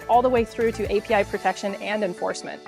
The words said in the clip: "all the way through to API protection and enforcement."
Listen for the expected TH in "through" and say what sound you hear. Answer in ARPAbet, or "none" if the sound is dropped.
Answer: TH